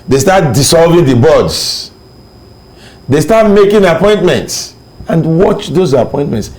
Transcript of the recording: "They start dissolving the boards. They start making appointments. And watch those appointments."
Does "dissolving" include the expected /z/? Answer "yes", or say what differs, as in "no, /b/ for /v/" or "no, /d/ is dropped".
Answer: no, /s/ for /z/